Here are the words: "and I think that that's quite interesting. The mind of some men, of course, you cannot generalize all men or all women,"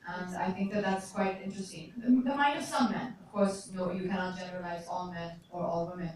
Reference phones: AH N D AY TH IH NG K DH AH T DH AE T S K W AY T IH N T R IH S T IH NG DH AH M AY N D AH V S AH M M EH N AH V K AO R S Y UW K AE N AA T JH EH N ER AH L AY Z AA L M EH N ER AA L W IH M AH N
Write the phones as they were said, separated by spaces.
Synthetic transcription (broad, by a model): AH N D AY TH IH NG K DH AH T DH AE T S K W AY T IH N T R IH S T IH NG DH AH M AY N D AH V S AH M M EH N AH V K AO R S Y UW K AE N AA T JH EH N ER AH L AY Z AA L M EH N ER AA L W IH M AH N